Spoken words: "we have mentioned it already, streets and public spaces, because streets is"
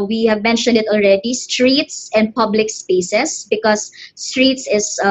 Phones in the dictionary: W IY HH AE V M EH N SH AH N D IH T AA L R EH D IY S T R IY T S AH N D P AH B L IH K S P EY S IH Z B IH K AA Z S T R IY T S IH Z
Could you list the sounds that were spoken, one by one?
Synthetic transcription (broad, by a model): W IY HH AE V M EH N SH AH N D IH T AA L R EH D IY S T R IY T S AH N D P AH B L IH K S P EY S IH S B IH K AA S T R IY T S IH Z